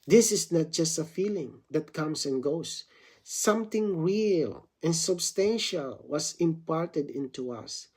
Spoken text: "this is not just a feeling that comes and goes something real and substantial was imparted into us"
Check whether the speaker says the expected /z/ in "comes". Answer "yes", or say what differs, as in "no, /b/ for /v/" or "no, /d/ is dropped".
no, /s/ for /z/